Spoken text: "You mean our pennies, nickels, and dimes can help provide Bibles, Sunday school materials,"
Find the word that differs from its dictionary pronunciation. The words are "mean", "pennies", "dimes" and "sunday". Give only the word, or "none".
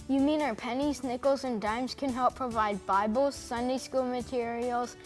none